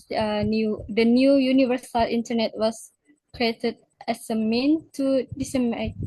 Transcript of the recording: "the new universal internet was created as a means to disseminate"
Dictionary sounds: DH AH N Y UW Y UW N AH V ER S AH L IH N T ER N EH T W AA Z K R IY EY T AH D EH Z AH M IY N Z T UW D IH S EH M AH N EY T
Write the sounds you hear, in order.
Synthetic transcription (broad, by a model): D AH N Y UW Y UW N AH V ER S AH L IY N T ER N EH T W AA S K R IY EY T AH D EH S AH M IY N T UW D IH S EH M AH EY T